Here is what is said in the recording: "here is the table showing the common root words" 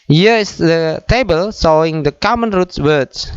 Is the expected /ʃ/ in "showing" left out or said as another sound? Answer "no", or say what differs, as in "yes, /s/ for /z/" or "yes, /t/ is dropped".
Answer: yes, /s/ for /ʃ/